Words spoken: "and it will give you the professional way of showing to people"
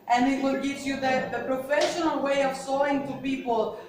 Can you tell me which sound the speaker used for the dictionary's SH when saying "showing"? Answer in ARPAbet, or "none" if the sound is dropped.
S